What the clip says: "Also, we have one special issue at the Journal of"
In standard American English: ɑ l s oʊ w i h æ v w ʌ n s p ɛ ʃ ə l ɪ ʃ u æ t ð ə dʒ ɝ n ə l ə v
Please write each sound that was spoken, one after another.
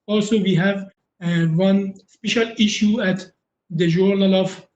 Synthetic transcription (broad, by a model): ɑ l s oʊ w i h æ v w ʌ n s p ɛ ʃ ə l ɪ ʃ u æ t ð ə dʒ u n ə l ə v